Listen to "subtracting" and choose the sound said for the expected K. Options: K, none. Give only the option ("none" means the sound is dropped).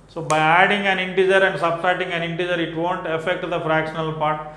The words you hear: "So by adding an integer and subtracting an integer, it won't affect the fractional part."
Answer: none